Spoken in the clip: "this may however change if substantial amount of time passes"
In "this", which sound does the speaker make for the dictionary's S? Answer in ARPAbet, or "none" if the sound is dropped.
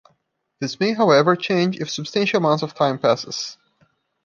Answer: S